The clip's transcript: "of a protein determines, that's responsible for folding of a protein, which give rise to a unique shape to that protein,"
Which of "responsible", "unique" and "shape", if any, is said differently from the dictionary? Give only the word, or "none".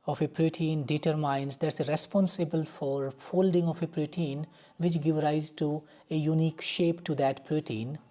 none